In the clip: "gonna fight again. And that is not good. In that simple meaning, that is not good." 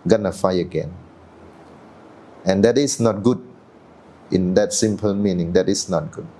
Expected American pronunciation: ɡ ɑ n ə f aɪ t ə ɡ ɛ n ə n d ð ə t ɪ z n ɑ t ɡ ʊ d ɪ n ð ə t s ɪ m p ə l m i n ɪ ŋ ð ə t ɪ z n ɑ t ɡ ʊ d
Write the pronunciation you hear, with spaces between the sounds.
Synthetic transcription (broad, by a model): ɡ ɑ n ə f aɪ ə ɡ ɛ n ə n d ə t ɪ s n ɑ t ɡ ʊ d ɪ n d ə t s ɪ m p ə l m i n ɪ ŋ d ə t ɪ s n ɑ t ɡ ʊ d